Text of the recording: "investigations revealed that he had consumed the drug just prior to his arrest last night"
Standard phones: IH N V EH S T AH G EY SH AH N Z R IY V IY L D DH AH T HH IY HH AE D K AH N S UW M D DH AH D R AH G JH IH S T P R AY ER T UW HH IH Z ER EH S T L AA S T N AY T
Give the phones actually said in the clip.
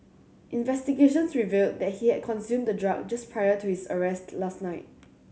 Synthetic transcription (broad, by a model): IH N V EH S T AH G EY SH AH N S R IY V IY L D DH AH T HH IY HH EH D K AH N S UW M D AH D R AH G JH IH S P R AY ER T UW HH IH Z ER EH S T L AA S T N AY T